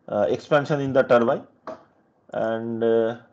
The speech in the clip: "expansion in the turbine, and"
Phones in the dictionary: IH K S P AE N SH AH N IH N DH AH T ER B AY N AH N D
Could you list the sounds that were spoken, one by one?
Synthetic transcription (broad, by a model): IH K S P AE N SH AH N IH N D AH T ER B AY AH N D